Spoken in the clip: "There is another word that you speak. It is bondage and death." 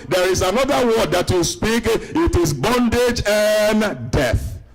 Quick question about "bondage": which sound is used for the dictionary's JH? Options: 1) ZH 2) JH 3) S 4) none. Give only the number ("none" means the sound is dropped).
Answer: 2